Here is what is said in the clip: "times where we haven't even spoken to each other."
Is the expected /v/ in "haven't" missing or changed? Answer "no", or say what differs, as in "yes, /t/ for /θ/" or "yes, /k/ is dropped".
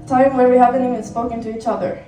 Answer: yes, /p/ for /v/